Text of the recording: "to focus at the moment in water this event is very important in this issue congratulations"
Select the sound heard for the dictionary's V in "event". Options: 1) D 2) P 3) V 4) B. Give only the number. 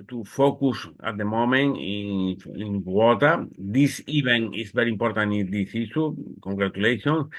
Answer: 4